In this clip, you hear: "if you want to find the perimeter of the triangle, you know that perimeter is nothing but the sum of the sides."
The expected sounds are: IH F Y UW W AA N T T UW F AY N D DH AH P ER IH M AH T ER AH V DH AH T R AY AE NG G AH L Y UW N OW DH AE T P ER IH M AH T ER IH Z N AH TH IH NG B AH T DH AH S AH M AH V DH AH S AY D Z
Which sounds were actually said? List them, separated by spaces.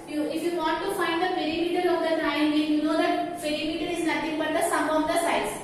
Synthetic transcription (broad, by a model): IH F Y UW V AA N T T UW F AY N D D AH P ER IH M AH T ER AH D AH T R AY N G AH N Y UW N OW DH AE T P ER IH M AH T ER IH Z N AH T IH NG B AH T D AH S AH M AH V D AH S AY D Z